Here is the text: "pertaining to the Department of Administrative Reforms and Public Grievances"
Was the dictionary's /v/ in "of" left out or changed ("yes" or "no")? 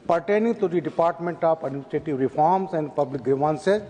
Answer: yes